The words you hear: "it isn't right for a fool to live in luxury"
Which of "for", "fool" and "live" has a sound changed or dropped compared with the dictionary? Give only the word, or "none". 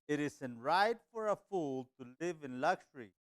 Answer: none